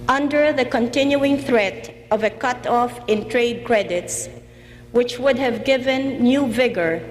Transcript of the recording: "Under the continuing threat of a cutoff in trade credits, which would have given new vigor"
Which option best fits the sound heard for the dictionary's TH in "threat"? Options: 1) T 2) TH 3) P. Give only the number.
2